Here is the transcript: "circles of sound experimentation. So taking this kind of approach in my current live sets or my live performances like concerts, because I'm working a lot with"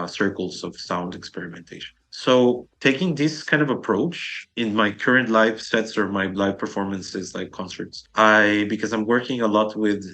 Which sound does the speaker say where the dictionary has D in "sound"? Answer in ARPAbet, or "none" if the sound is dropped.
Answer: D